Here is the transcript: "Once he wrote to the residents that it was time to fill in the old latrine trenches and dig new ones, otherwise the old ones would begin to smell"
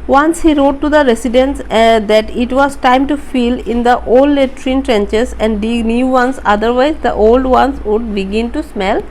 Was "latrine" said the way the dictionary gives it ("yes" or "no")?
yes